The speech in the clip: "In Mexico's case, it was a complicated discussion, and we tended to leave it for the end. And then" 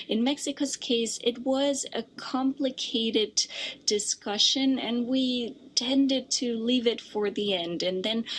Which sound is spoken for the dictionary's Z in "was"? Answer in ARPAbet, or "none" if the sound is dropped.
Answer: Z